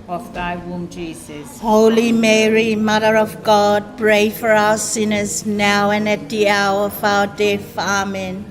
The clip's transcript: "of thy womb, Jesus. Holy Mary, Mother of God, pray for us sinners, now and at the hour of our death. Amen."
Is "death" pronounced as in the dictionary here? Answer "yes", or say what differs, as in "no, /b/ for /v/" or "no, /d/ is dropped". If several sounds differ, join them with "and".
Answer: no, /f/ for /θ/